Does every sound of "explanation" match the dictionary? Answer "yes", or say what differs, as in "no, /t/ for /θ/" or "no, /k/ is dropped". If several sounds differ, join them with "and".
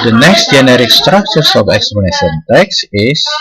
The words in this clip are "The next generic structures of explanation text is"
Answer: no, /l/ is dropped